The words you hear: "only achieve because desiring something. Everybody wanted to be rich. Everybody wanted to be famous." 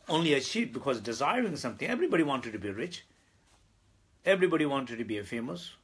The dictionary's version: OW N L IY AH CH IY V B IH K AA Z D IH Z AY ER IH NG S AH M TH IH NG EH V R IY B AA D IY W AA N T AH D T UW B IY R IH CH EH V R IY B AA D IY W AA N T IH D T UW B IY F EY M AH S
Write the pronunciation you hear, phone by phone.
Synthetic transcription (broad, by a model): OW N L IY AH SH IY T B IH K AA Z D IH Z AY ER IH NG S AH M T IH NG EH V R IY B AA D IY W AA N T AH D T UW B IY R IH CH EH V R IY B AA D IY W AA N T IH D T UW B IY F EY M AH S